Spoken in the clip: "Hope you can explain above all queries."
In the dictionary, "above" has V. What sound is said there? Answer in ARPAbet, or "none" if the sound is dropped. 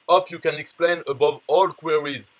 V